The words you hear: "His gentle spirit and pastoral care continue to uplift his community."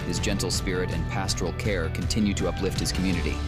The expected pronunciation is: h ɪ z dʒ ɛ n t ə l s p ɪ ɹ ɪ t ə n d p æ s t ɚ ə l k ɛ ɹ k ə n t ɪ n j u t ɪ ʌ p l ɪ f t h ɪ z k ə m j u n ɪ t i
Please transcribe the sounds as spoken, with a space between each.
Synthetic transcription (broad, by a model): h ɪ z dʒ ɛ n t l s p ɪ ɹ ɪ t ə n p æ s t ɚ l k ɛ ɹ k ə n t ɪ n j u t ɪ ʌ p l ɪ f t h ɪ z k m j u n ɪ t i